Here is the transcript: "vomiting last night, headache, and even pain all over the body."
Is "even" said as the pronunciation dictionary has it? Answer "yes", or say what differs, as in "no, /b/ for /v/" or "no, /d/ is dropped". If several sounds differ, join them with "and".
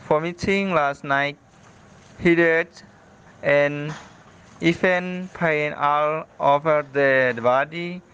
no, /f/ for /v/